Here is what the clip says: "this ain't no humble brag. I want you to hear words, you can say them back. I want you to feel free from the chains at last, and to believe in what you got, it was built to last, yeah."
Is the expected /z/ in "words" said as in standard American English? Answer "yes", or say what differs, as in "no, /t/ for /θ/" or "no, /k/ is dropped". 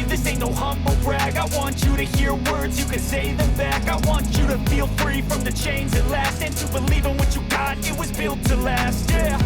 yes